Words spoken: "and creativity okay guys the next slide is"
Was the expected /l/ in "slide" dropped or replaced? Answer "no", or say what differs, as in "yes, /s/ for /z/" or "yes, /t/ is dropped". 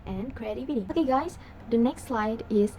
no